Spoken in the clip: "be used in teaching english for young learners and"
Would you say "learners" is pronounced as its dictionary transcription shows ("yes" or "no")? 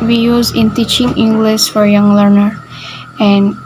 no